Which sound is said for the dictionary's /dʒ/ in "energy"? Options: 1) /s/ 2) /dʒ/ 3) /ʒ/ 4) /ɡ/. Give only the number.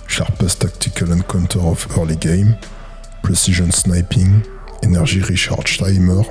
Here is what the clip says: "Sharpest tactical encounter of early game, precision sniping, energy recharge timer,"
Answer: 3